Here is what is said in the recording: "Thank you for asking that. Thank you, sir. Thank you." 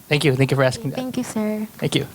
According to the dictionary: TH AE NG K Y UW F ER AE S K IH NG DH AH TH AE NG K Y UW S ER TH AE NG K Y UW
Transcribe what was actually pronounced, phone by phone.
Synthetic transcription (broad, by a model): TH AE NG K Y UW F ER AE S K IH NG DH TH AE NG K Y UW S ER TH AE NG K Y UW